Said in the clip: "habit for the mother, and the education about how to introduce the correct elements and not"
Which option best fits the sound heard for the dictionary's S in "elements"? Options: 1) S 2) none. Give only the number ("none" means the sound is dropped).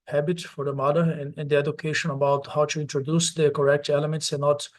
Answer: 1